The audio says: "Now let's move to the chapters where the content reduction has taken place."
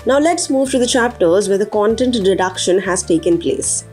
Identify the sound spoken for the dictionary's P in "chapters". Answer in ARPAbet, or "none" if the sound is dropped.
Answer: P